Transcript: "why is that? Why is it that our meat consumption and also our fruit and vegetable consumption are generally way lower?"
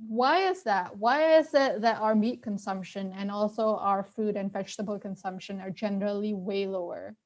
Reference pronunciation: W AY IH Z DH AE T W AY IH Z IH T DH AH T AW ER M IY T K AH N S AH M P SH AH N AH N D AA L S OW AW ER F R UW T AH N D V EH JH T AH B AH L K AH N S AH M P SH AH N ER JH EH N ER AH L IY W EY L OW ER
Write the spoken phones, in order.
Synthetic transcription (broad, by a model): W AY IH Z DH AE T W AY IH Z IH T DH AH T AW ER M IY T K AH N S AH M P SH AH N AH N AA L S OW AW ER F UW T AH N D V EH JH T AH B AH L K AH N S AH M P SH AH N ER JH EH N ER AH L IY W EY L OW ER